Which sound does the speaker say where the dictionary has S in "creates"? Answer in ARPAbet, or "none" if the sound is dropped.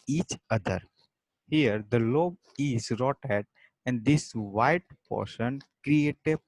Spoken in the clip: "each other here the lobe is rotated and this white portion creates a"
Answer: none